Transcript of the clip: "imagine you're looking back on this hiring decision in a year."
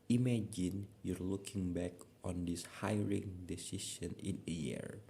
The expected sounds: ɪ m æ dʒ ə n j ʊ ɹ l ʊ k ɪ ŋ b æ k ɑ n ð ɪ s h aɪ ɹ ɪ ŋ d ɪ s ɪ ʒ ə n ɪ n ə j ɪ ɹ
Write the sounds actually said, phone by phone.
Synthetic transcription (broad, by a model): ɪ m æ dʒ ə n j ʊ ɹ l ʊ k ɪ ŋ b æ k ɑ n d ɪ s h aɪ ɹ ɪ ŋ d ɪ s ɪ ʃ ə n ɪ n ə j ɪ ɹ